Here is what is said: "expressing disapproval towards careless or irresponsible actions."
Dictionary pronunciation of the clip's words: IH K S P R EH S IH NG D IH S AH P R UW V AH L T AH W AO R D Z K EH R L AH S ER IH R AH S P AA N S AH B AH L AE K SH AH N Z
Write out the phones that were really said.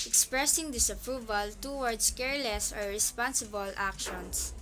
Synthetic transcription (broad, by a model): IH K S P R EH S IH NG D IH S AH P R UW V AH L T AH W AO R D S K EH R L AH S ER IH R AH S P AA N S AH B AH L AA K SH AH N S